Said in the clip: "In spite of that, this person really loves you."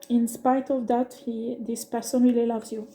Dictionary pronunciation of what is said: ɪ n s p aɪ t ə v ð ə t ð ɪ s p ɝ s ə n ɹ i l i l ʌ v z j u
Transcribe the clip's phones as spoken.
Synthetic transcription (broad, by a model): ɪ n s p aɪ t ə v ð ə t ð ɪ s p ɝ s ə n w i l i l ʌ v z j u